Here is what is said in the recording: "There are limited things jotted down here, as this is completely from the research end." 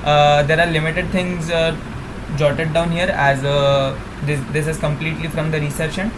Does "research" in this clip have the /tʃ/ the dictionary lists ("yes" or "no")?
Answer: no